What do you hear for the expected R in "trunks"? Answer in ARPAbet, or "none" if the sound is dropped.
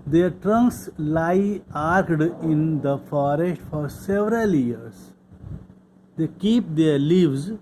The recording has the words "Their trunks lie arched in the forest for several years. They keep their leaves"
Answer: R